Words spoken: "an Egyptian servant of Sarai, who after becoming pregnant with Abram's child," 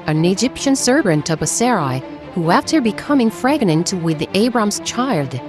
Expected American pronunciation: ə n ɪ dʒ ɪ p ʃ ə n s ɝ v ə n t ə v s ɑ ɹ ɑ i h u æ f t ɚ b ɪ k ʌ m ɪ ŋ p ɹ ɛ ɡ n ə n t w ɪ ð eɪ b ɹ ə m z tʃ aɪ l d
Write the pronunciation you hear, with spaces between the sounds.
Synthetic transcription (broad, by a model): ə n ɪ dʒ ɪ p ʃ ə n s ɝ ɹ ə n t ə b s ɑ ɹ ɑ i h u æ f t ɚ b ɪ k ʌ m ɪ ŋ f ɹ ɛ ɡ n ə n t w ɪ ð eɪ b ɹ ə m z tʃ aɪ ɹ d